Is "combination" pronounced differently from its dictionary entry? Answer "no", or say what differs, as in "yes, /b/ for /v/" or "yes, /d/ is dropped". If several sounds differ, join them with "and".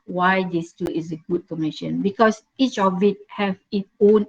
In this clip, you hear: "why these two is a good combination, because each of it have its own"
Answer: yes, /b/ is dropped